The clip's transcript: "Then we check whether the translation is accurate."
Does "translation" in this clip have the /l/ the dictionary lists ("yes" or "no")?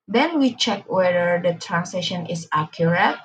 no